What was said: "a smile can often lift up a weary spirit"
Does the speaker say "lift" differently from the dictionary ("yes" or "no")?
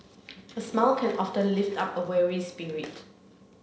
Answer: no